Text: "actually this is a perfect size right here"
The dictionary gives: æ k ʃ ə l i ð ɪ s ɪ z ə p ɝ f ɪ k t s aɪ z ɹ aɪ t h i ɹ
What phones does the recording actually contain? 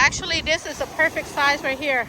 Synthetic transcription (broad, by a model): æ k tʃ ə l i ð ɪ s ɪ z ə p ɝ f ɪ k t s aɪ z w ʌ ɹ h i ɹ